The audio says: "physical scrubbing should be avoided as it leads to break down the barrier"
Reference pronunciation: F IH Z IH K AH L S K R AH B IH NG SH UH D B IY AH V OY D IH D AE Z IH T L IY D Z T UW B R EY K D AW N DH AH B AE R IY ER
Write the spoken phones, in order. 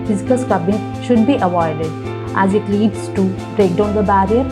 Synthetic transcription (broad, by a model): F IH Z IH K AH L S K AH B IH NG SH UH D B IY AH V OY D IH D AE Z IH T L IY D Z T UW B R EY K D AW N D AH B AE R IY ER